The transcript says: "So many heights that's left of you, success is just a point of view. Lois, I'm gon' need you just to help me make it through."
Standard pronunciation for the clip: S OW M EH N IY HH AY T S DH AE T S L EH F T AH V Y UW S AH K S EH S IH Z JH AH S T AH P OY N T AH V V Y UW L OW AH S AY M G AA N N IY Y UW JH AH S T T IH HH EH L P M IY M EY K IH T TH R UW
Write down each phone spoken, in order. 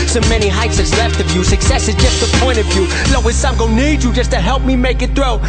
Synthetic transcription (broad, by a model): S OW M EH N IY HH AY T S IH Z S L EH F T AH V Y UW S AH K S EH S IH Z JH AH S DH AH P OY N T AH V V Y UW L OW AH S AY M G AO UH N IY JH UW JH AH S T T IH HH EH L P M IY M EY K IH T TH R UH